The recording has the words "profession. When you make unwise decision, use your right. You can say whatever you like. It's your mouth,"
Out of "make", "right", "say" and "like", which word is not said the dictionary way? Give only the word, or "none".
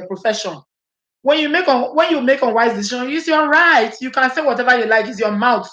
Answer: none